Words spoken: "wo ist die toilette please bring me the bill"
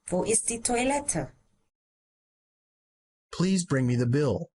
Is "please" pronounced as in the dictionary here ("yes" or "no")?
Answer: yes